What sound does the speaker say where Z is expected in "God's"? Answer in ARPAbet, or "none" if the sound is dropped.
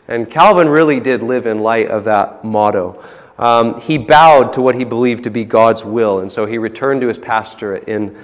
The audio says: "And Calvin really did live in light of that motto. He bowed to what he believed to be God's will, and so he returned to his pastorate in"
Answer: Z